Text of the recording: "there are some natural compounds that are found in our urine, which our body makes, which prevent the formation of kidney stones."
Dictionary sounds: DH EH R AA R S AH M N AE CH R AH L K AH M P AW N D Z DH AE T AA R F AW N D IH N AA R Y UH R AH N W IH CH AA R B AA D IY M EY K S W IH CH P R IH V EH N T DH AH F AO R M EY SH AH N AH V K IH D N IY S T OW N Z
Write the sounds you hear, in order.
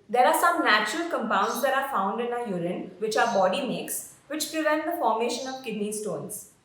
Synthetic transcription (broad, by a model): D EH R AA R S AH M N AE CH R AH L K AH M P AW N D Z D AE T AA R F AW N D IH N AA Y UH R AH N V IH CH AA R B AA D IY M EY K S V IH CH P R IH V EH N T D AH F AO R M EY SH AH N AH V K IH D N IY S T OW N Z